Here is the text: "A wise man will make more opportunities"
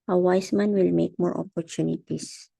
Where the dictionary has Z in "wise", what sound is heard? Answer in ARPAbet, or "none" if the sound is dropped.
S